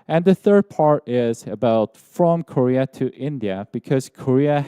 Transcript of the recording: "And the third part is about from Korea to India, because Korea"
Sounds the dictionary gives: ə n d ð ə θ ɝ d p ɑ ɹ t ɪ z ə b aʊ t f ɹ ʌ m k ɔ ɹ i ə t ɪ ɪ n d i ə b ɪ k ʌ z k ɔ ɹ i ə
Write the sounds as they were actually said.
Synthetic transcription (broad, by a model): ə n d ð ə θ ɝ d p ɑ ɹ t ɪ z ə b aʊ t f ɹ ʌ m k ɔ ɹ i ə t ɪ ɪ n d i ə b ɪ k ʌ z k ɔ ɹ i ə